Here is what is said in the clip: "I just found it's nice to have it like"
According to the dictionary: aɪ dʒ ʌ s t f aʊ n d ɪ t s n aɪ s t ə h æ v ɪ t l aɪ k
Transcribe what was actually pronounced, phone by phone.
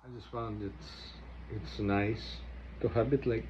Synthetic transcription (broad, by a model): aɪ dʒ ʌ s t f aʊ n d ɪ t s n aɪ s t ə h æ b ɪ t l aɪ k